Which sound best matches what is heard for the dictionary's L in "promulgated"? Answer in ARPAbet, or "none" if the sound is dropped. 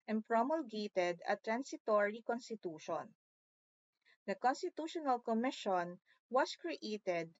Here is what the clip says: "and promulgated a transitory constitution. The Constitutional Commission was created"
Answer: L